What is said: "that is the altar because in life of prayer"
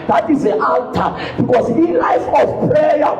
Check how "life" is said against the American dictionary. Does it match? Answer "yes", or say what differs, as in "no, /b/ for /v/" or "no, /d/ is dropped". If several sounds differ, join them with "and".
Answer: yes